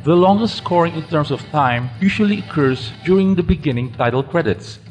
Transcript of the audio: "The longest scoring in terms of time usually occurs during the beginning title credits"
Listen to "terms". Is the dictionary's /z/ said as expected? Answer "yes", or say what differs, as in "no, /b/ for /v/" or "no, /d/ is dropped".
no, /s/ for /z/